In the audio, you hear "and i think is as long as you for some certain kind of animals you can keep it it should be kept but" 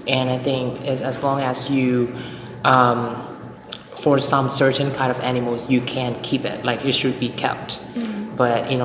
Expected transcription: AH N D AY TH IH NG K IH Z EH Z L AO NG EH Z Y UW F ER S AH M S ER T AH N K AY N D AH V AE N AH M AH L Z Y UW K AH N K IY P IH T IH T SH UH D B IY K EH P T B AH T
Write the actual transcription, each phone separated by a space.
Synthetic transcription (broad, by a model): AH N AY TH IH NG K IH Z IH Z L AO NG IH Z Y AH F ER S AH M S ER T N K AY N D AH V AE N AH M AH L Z Y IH K AH N K IY P IH T IH T SH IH D B IY K EH P T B AH T